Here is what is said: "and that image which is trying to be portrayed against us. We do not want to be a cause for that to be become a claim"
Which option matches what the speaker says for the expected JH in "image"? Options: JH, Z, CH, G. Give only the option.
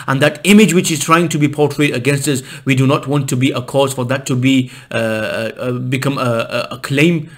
JH